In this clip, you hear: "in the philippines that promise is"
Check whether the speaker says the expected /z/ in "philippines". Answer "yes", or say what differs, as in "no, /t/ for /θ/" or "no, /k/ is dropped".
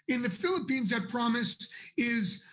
yes